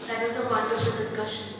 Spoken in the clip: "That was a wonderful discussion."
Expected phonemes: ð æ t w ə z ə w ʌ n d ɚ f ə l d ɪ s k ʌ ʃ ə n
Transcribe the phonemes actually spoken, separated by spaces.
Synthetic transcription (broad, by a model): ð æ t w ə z ə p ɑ d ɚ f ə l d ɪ s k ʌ ʃ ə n